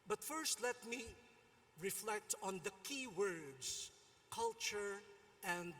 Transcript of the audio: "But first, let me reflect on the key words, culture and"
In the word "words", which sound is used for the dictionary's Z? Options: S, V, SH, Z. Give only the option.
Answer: S